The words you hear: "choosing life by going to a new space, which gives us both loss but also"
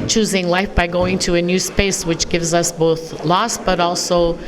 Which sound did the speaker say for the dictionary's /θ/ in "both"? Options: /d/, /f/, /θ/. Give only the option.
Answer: /θ/